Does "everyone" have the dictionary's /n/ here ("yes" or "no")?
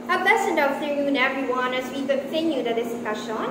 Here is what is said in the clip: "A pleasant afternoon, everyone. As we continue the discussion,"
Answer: yes